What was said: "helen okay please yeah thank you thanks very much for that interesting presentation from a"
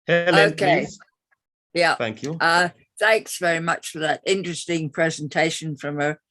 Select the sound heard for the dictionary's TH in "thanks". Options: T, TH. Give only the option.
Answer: TH